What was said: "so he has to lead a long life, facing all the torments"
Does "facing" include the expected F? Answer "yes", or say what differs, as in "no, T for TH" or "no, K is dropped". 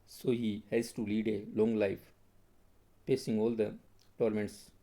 no, P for F